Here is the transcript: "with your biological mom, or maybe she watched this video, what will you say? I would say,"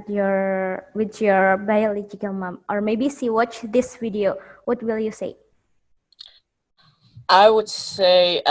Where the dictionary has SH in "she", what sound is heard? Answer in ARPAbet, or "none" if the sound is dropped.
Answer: S